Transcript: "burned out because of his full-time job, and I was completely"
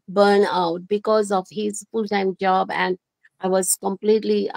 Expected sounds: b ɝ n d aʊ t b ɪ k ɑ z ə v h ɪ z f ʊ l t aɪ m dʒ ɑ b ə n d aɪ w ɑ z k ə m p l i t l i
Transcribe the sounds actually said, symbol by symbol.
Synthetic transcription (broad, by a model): b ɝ n aʊ t b ɪ k ɑ z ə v h ɪ z f ʊ l t aɪ m dʒ ɑ b ə n d aɪ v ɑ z k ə m p l i t l i